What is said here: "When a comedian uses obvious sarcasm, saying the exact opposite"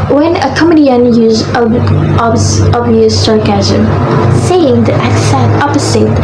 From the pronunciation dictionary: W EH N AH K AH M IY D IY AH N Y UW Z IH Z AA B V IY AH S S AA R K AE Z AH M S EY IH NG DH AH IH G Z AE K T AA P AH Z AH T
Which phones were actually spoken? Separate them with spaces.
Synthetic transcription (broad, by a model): W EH N AH K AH M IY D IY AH N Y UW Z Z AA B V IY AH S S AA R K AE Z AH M S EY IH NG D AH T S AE T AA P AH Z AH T